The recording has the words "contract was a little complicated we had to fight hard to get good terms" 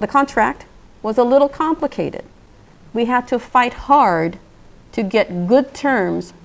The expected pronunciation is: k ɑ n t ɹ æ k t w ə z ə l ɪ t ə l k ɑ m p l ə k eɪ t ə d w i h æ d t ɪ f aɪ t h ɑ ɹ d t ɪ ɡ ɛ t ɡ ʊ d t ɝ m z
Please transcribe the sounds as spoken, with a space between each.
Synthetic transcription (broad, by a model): k ɑ n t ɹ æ k t w ə z ə l ɪ t l k ɑ m p l ə k eɪ t ə d w i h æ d t ɪ f aɪ t h ɑ ɹ d t ɪ ɡ ɛ t ɡ ʊ d t ɝ m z